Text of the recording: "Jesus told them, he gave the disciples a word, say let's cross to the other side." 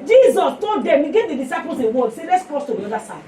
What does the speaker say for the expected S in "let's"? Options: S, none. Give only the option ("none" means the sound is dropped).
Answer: S